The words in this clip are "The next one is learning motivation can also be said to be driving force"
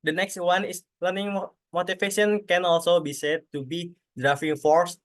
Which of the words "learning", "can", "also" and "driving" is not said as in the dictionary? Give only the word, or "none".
driving